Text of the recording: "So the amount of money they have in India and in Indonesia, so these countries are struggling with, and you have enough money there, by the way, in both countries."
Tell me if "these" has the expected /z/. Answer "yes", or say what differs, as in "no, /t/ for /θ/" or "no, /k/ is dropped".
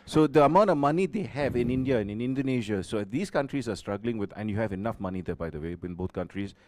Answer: no, /s/ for /z/